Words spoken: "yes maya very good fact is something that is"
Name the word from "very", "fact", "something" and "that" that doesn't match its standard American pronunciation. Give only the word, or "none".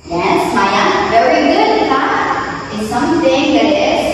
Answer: fact